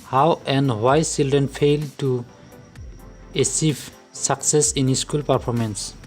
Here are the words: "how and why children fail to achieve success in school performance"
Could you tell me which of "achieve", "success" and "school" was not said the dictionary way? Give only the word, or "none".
achieve